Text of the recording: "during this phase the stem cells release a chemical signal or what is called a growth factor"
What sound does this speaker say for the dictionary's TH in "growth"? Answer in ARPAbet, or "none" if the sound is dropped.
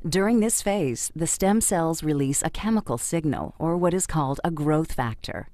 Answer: TH